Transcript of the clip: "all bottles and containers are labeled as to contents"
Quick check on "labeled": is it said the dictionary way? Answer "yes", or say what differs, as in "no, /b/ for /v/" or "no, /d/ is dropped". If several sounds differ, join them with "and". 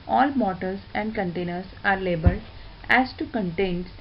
no, /d/ is dropped